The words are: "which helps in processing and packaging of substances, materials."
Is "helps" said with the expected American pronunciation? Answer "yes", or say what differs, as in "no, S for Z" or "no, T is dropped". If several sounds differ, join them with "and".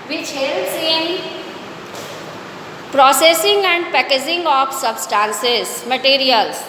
no, P is dropped